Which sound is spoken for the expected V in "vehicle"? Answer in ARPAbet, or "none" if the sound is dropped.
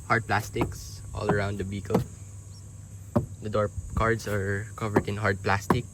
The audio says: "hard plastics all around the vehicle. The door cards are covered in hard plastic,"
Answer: B